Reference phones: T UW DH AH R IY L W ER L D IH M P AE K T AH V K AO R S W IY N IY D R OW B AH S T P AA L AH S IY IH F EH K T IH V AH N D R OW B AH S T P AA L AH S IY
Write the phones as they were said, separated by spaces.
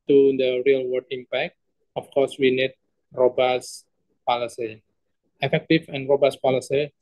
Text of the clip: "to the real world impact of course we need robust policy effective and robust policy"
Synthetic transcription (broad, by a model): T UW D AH R IY L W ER D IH M P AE K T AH F K AO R S W IY N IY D R OW B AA S P AA L AH S IY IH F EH K T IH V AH N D R OW B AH S P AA L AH S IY